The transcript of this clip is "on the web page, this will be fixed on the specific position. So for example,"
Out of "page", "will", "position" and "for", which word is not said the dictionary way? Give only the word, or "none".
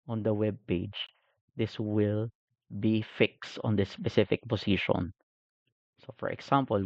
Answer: position